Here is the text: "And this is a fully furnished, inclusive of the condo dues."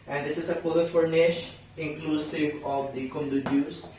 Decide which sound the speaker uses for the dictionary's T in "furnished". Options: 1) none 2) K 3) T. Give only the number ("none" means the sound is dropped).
1